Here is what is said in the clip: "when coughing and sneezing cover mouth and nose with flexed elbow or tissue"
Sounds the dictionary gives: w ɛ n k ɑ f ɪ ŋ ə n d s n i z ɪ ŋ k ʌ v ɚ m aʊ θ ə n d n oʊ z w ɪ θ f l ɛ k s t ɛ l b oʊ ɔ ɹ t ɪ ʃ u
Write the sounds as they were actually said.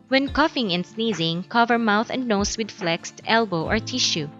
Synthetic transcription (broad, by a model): w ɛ n k ɑ f ɪ ŋ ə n s n i z ɪ ŋ k ʌ v ɚ m aʊ θ ə n d n oʊ s w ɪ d f l ɛ k s t ɛ l b oʊ ɔ ɹ t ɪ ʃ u